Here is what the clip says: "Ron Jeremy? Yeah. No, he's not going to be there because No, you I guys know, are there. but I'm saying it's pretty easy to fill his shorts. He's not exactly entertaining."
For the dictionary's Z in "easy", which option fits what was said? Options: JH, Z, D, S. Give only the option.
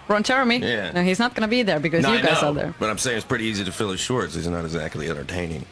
Z